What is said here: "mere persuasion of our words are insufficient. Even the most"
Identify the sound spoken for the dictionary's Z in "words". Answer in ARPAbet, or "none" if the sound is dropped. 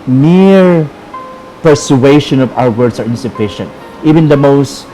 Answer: S